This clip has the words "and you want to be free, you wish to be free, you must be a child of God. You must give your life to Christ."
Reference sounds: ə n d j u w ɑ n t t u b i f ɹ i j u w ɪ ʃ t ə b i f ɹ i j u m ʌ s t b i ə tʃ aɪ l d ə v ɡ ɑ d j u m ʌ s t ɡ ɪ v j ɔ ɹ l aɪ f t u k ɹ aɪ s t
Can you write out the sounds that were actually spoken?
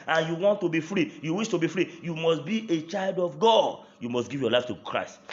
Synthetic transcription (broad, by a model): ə n j u w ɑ n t t u b i f ɹ i j u w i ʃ t ə b i f ɹ i j u m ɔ s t b i ə tʃ aɪ l d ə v ɡ ɑ d j u m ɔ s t ɡ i v j ɔ l aɪ f t u k ɹ aɪ s t